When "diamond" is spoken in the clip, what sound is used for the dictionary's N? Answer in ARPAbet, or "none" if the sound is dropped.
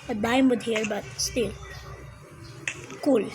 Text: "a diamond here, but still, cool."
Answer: none